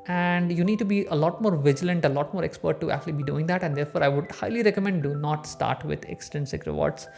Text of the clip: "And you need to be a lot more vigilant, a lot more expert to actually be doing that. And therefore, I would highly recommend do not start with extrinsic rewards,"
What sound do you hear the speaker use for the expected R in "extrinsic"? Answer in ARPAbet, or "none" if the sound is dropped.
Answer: none